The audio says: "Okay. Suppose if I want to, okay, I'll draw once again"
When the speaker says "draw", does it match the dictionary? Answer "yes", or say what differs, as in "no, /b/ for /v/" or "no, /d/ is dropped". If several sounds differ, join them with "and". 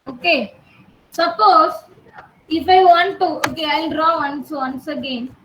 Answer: no, /w/ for /ɹ/